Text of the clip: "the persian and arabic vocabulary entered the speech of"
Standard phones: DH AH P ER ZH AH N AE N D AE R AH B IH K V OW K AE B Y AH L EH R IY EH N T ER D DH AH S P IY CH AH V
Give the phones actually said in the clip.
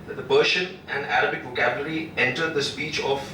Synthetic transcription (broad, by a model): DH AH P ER SH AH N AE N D AE R AH B IH K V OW K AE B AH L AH R IY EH N T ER D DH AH S P IY CH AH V